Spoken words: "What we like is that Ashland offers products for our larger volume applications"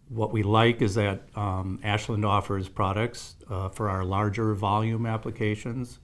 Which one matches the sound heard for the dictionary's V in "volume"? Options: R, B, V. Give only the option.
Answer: V